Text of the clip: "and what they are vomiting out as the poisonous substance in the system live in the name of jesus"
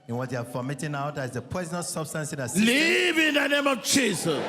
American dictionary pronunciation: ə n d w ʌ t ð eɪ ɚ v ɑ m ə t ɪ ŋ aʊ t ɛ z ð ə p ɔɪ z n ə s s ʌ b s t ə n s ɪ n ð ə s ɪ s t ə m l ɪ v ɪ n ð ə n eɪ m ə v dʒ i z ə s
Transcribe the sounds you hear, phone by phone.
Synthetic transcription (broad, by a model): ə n w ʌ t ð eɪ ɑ f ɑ m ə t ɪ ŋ aʊ t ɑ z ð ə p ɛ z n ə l s ʌ b s t ə n s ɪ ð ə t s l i v ɪ n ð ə n eɪ m ə v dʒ i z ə s